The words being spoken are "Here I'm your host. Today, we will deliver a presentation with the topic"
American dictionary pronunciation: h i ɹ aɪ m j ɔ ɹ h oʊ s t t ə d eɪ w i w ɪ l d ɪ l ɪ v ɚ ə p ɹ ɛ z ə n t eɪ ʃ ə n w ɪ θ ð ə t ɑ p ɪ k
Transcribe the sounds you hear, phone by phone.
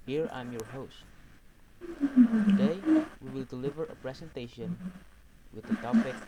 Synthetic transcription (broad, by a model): h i ɹ aɪ m j ɔ ɹ h oʊ s t t ə d eɪ w i w ɪ l d ɪ l ɪ v ɚ ə p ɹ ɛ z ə n t eɪ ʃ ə n w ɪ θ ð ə t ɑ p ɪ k